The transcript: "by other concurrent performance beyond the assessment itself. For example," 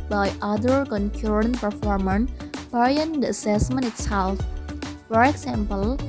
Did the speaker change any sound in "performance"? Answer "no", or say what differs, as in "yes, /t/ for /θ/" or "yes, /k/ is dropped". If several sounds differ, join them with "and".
yes, /s/ is dropped